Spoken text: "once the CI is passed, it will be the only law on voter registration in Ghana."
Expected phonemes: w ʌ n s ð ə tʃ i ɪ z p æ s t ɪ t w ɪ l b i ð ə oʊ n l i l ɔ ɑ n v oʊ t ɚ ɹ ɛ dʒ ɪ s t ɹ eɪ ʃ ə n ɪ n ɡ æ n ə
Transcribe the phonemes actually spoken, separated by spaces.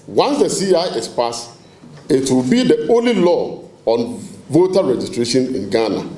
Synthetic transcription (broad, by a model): w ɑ n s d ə s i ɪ s p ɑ s ɪ t w ɪ l b i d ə oʊ n l i l ɔ ɑ n v oʊ t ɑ ɹ ɛ dʒ ɪ s t ɹ eɪ ʃ ə n ɪ n ɡ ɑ n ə